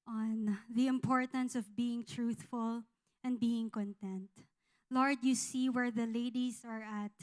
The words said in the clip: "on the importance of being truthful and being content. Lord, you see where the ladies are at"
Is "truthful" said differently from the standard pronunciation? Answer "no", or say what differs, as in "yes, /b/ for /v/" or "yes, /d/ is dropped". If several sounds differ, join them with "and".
no